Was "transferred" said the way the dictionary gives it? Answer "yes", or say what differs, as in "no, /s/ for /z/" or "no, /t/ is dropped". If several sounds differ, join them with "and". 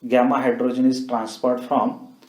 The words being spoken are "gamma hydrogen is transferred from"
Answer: no, /p/ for /f/